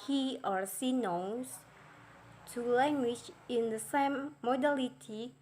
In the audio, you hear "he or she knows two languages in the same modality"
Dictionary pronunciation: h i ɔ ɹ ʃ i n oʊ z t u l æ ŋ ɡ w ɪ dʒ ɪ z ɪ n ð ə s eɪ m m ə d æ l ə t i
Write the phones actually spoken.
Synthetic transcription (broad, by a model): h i ɔ ɹ s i n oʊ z t u l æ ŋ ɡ w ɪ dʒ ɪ ɪ n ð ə s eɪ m m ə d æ l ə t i